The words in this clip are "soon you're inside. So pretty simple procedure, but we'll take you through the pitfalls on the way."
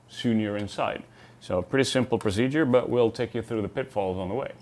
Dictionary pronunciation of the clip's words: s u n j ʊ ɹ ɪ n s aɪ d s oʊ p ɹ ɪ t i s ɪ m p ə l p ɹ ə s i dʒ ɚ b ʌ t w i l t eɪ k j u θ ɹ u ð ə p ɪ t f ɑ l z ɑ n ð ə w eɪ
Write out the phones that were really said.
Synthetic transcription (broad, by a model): s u n j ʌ ɹ ɪ n s aɪ d s oʊ p ɹ ɪ t i s ɪ m p l p ɹ ə s i dʒ ɚ b ʌ t w i l t eɪ k j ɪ θ ɹ u ð ə p ɪ t f ɑ l z n ð ə w eɪ